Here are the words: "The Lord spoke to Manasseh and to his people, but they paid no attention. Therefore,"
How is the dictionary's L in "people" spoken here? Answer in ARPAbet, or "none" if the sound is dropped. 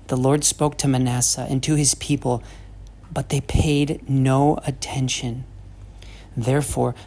L